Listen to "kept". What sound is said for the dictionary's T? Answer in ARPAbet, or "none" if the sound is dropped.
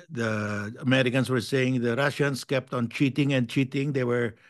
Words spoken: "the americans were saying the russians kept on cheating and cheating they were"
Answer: T